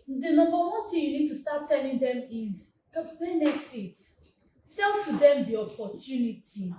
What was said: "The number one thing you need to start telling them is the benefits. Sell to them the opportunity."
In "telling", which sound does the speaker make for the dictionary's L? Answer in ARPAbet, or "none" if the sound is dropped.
L